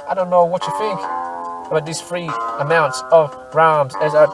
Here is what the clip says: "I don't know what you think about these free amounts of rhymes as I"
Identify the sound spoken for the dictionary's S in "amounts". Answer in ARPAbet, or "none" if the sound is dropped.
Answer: S